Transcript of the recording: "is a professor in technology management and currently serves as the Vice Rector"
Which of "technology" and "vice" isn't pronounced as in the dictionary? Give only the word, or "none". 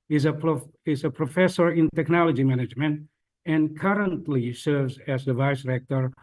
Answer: none